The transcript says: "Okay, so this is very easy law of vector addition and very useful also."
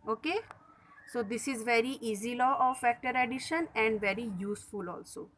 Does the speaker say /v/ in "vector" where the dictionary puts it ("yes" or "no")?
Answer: no